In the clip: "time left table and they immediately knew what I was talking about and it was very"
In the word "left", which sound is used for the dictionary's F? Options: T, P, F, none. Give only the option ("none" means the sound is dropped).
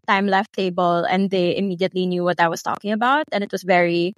F